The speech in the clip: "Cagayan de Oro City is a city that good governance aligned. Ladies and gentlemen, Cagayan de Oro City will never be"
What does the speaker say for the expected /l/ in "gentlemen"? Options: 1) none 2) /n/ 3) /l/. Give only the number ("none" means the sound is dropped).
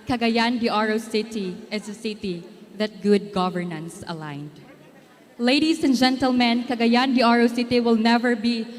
3